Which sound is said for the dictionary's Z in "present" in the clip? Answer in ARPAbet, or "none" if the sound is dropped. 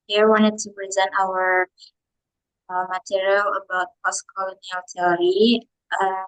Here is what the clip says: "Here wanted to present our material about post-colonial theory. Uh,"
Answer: Z